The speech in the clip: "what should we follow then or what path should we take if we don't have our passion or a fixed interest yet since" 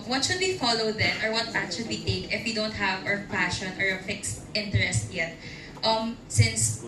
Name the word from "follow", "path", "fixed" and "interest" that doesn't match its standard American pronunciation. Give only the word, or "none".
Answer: path